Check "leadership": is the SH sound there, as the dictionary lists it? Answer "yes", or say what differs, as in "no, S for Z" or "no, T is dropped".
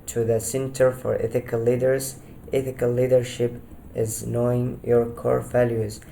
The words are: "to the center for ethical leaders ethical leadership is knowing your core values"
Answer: yes